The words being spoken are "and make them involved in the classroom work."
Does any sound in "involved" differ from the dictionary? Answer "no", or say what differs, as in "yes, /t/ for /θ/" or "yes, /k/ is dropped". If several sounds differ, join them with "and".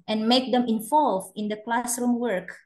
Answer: yes, /d/ is dropped